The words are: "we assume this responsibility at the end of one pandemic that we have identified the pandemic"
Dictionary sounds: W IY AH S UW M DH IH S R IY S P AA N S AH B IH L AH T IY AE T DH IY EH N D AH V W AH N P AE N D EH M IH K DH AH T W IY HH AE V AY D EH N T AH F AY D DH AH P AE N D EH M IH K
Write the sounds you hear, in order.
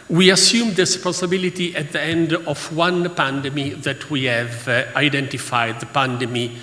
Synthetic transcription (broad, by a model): W IY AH S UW M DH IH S S P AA S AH B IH L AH T IY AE T DH IY EH N D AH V W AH N P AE N D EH M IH DH AH T W IY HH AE V AY D EH N T AH F AY D DH AH P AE N D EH M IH